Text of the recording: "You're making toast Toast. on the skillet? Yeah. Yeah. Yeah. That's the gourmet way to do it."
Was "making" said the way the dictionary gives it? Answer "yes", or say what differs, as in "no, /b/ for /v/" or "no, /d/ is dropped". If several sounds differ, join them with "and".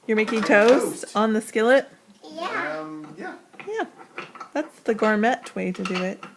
yes